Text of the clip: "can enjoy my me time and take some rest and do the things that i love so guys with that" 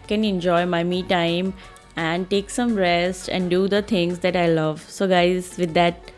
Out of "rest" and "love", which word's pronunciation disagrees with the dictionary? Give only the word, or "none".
none